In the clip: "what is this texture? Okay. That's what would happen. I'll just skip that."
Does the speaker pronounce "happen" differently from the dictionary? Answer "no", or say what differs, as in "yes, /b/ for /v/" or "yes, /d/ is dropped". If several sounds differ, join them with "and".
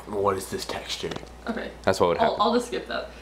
yes, /p/ is dropped